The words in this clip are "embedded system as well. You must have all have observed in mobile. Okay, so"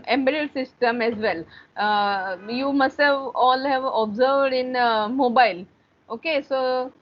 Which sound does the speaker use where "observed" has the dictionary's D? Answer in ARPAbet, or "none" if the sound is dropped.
D